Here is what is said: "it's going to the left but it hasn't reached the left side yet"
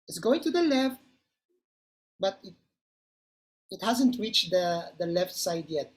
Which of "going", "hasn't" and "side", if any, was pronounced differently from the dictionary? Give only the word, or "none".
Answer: none